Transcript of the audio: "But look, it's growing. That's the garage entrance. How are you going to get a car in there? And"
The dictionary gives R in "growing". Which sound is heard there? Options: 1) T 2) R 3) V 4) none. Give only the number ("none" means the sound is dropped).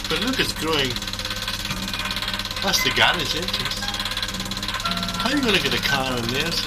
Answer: 2